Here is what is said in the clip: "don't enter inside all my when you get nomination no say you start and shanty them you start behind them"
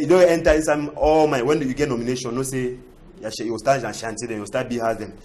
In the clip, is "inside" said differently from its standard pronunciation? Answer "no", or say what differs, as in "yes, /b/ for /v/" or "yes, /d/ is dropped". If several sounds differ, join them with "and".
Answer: yes, /d/ is dropped